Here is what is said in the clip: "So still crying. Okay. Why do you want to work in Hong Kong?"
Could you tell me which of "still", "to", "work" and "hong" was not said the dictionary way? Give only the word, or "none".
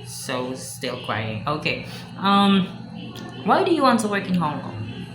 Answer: none